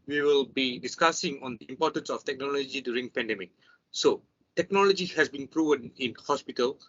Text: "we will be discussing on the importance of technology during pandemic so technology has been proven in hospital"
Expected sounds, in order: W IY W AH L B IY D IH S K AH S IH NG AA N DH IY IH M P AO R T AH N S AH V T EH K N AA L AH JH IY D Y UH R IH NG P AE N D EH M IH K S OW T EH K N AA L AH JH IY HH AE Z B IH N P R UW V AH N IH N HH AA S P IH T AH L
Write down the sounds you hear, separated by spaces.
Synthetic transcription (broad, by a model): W IY W AH L B IY D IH S K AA S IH NG AA N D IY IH M P AO T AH N S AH F T EH K N AA L AH JH IY D Y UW R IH NG P AE N D EH M IH K S OW T EH K N AA L AH JH IY HH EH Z B IH N P R UW V AH N IH N HH AA S P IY T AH L